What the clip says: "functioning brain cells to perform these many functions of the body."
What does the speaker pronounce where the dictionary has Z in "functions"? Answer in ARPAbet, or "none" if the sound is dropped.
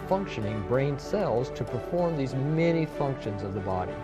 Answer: Z